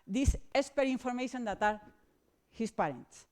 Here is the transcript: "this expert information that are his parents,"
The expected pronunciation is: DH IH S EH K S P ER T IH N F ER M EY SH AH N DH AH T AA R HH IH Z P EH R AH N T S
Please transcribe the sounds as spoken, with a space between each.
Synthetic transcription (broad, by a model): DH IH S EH S P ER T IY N F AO M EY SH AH N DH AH T AA R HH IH S P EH R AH N T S